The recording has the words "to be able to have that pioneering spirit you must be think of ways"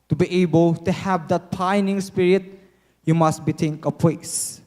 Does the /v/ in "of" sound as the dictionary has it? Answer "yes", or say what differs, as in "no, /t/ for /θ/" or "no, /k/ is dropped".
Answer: no, /p/ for /v/